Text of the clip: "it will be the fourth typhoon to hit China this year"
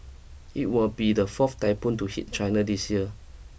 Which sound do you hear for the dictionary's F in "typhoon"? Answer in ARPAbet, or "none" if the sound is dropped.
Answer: P